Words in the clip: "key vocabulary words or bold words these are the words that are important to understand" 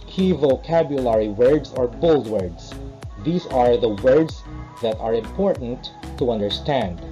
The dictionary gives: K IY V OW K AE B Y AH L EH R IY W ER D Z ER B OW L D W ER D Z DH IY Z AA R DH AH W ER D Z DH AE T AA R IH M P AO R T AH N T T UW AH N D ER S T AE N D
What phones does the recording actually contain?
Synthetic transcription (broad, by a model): K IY V OW K AE B Y AH L EH R IY W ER D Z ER B OW L D W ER D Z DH IY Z AA R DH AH W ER D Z DH AE T AA R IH M P AO R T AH N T T UW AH N D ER S T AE N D